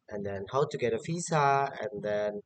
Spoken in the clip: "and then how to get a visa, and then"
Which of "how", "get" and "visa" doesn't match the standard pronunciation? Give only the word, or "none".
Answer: visa